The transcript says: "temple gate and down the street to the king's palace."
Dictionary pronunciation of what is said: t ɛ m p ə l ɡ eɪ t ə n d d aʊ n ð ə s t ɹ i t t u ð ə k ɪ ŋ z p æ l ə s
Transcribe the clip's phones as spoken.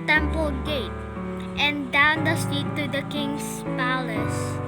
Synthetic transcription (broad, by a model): t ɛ m p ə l ɡ eɪ t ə n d d aʊ n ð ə s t i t t u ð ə k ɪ ŋ s p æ l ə s